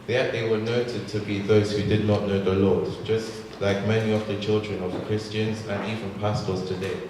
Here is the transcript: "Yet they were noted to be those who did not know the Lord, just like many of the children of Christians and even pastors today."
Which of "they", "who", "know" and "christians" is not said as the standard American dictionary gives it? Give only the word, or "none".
none